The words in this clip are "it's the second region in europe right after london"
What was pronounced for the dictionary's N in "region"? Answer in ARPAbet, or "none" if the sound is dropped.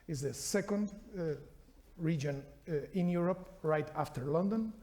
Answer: N